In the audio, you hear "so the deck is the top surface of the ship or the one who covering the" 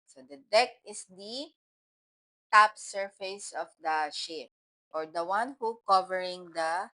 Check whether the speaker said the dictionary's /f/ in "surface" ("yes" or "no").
yes